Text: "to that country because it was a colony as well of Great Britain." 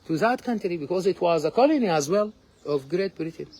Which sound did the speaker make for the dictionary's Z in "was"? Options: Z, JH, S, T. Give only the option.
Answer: Z